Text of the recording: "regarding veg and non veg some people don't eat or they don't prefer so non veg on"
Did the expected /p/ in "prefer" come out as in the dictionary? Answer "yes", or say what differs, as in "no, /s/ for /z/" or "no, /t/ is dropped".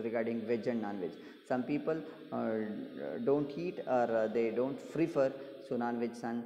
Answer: no, /f/ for /p/